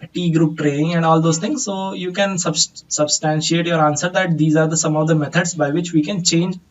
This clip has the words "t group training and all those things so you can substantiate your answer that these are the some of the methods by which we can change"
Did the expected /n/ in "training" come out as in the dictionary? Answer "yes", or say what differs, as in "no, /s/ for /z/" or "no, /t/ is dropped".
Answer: no, /n/ is dropped